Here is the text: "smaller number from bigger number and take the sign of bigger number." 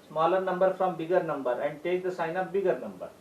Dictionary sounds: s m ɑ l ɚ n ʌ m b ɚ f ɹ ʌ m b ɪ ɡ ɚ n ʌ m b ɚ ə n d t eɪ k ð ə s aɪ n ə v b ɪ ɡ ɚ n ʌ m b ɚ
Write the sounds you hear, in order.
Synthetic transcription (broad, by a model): s m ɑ l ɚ n ʌ m b ɚ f ɹ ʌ m b ɪ ɡ ɚ n ʌ m b ɚ ə n d t eɪ k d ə s aɪ n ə p b ɪ ɡ ɚ n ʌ m b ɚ